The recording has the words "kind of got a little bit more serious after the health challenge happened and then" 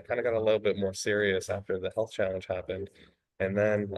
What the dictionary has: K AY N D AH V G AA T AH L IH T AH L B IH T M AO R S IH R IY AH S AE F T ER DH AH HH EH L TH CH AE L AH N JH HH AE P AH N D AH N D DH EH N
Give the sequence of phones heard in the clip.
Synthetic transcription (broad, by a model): K AY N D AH G AA T AH L IH T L B IH T M AO R S IH R IY AH S AE F T ER DH AH HH EH L TH CH AE L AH N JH HH AE P AH N D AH N DH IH N